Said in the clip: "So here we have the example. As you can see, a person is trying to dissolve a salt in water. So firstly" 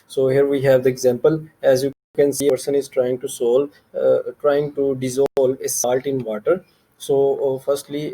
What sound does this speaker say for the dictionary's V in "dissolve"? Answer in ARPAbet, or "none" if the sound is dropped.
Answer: none